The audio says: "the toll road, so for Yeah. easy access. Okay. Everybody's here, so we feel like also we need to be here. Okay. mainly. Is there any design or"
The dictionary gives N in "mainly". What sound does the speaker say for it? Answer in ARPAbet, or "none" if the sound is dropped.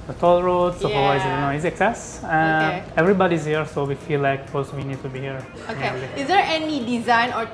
none